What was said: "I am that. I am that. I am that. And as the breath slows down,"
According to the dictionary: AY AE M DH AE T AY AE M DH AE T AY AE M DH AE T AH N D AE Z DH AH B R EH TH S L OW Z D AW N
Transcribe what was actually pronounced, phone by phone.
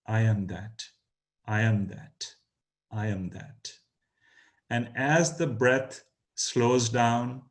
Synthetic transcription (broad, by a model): AY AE M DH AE T AY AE M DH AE T AY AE M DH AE T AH N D AE Z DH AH B R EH T S L OW Z D AW N